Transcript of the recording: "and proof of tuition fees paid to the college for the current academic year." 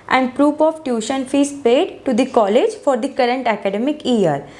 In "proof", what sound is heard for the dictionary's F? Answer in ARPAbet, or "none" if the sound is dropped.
P